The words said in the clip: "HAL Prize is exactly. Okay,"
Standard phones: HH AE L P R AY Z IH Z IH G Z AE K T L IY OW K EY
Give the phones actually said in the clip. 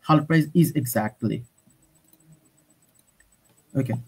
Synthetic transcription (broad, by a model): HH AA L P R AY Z IH Z IH G Z AE K T L IY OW K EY